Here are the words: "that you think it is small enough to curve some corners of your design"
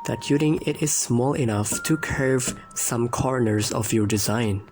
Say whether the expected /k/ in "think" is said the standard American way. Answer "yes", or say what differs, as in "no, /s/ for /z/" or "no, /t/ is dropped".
no, /k/ is dropped